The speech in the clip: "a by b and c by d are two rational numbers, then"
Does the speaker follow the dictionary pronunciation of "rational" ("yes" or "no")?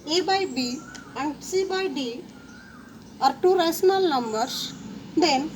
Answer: no